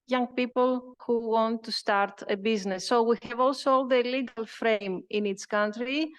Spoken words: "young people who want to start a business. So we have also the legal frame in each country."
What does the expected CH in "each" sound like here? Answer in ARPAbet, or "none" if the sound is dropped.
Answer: S